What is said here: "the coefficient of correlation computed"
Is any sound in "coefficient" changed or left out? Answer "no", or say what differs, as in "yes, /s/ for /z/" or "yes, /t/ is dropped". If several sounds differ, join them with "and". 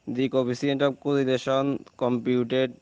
yes, /ʃ/ is dropped